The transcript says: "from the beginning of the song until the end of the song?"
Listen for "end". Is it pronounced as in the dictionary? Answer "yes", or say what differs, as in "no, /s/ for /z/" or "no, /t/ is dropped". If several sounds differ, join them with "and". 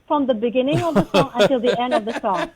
yes